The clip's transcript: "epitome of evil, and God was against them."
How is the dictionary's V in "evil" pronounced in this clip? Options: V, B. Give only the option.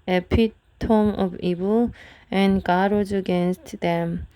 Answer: B